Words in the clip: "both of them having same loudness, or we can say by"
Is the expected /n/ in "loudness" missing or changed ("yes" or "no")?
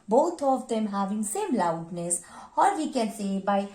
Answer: no